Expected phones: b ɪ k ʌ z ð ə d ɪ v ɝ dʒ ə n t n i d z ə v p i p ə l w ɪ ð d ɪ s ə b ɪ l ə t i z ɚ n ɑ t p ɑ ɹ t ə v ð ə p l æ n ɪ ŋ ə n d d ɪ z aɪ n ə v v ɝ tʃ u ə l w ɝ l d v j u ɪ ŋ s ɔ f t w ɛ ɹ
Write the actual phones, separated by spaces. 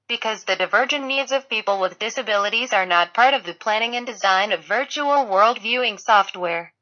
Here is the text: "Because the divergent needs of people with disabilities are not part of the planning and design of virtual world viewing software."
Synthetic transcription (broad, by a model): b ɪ k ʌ z ð ə d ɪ v ɝ dʒ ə n n i d z ə v p i p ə l w ɪ ð d ɪ s ə b ɪ l ə t i z ɚ n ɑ t p ɑ ɹ t ə v ð ə p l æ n ɪ ŋ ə n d d ɪ z aɪ n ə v v ɝ tʃ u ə l w ɝ l d v j u ɪ ŋ s ɔ f t w ɛ ɹ